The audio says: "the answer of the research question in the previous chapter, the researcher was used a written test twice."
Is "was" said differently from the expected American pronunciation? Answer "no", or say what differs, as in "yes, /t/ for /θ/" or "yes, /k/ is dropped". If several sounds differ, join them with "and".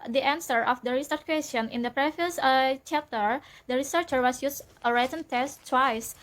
yes, /s/ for /z/